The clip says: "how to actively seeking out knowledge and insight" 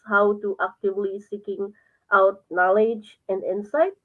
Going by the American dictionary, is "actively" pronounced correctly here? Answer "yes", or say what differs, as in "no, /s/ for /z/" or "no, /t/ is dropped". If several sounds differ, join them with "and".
yes